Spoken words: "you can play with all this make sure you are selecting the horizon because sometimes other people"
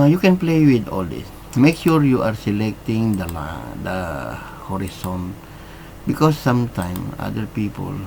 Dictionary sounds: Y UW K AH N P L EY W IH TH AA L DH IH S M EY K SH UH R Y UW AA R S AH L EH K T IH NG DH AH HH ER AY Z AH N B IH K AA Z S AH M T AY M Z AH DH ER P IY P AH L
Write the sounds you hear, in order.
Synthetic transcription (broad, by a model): Y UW K AH N P L EY W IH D AA L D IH S M EY K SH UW R Y UW AA R S AH L EH K T IH NG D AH HH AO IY S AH N B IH K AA S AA M T AY M AA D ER P IY P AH L